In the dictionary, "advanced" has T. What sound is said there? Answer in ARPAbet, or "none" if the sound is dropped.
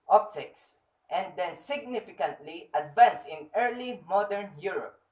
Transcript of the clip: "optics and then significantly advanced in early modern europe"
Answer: none